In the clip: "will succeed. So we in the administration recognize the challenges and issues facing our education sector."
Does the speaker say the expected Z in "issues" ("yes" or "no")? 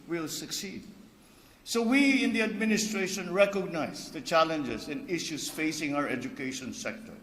no